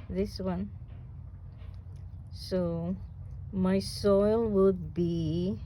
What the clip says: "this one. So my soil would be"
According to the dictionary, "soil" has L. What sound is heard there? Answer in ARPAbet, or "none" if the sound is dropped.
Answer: L